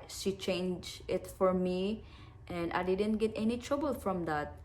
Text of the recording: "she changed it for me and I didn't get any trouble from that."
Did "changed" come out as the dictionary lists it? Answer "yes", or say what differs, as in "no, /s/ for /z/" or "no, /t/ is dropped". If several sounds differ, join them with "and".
no, /d/ is dropped